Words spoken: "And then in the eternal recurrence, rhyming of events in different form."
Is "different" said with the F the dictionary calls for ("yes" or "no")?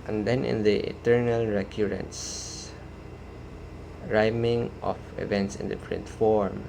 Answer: no